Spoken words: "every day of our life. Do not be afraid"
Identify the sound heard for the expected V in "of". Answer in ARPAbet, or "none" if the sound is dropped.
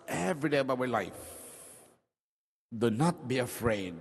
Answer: B